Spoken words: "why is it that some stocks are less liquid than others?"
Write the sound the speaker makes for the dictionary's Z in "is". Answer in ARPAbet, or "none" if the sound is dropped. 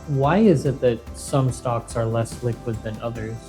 Z